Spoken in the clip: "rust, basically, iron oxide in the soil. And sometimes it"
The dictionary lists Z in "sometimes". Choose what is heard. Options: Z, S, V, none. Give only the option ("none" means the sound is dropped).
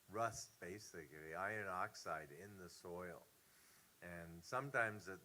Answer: Z